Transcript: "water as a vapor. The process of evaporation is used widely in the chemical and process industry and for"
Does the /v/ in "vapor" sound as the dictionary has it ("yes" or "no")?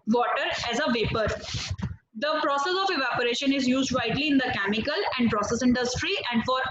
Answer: yes